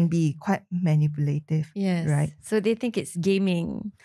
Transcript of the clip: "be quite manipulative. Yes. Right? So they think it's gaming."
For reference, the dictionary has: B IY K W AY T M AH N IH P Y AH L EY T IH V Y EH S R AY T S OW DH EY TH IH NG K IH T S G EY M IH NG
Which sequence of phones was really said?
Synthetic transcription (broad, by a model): B IY K W AY T M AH N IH P Y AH L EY T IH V Y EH R AY T S OW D EY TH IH NG K IH T S G EY M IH NG